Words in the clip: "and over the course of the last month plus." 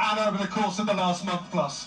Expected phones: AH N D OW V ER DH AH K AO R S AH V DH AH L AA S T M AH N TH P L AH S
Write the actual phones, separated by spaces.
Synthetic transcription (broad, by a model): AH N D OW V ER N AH K AO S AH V DH AH L AA S T M AH N TH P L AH S